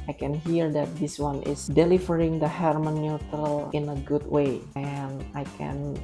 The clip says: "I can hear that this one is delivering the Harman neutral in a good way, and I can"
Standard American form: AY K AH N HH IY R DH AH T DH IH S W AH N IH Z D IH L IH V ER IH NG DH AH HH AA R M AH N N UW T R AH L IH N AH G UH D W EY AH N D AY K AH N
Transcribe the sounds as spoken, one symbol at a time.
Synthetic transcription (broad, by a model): AY K AH N HH IY R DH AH T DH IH S W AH N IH S D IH L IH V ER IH NG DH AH HH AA R M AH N N UW T R AH L IH N AH G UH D W EY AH N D AY K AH N